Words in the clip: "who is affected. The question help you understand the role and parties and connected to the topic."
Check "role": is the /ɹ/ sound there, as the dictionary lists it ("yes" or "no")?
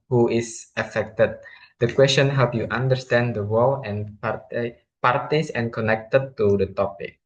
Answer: no